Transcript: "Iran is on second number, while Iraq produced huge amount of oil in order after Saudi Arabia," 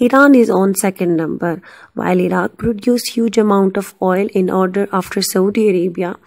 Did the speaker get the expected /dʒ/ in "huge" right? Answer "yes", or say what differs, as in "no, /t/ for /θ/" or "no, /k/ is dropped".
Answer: yes